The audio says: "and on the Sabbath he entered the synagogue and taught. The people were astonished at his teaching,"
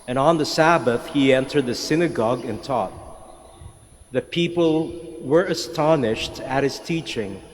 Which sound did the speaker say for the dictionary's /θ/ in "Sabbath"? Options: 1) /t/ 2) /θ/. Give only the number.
2